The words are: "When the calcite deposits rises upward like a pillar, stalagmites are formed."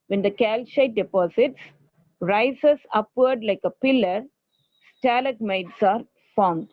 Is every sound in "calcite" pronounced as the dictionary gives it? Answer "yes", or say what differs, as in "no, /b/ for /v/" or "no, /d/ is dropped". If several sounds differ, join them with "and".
no, /ʃ/ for /s/